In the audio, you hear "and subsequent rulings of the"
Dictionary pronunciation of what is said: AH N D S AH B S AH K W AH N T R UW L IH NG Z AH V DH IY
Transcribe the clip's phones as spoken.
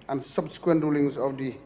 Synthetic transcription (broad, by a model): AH N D S AH B S AH K W AH N T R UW L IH NG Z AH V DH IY